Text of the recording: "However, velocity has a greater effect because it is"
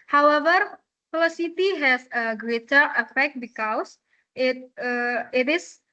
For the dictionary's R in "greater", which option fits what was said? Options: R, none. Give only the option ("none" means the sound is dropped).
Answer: R